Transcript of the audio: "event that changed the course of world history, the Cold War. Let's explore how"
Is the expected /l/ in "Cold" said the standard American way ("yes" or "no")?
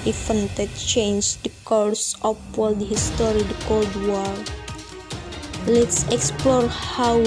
yes